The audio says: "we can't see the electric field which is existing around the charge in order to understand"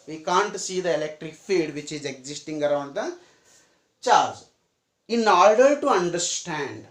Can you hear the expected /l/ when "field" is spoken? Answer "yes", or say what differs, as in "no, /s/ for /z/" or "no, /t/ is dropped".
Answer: no, /l/ is dropped